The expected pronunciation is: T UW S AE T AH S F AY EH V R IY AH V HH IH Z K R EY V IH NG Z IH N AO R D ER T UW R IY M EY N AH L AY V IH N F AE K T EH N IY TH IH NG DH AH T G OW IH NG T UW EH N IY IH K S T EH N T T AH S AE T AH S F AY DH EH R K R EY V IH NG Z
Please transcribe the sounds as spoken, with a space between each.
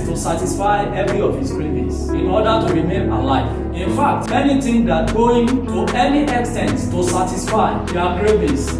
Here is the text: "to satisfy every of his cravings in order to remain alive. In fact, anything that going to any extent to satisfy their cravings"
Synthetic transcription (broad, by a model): T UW S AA T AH S F AY EH V R IY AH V HH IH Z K R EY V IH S IH N AO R D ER T UW R IY M EY N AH L AY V IH N F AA K T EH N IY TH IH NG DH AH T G OW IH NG T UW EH N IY IH K S T EH N T T AH S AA T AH S F AY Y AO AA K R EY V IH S